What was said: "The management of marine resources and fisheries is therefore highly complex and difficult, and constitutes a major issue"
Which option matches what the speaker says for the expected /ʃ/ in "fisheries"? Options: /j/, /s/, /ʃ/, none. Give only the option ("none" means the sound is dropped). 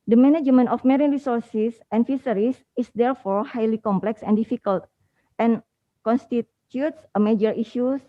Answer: /s/